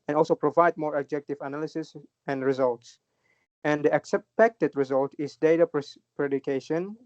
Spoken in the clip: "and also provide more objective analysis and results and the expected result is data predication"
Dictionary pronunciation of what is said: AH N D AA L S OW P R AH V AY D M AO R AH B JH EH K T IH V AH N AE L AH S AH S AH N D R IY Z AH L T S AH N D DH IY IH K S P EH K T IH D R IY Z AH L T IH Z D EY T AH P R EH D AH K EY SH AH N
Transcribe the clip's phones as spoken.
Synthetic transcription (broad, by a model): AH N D AA L S OW P R AH V AY D M AO R AH B JH EH K T IH V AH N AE L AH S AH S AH N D R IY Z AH L T S AH N D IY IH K S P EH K T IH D R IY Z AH L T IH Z D EY T AH P R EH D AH K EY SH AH N